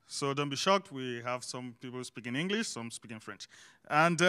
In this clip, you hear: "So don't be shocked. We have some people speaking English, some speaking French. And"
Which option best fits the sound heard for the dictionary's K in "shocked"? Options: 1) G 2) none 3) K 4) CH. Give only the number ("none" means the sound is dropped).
3